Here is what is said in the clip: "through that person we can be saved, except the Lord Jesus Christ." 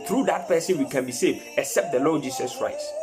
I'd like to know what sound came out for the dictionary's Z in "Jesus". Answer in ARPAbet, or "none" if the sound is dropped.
S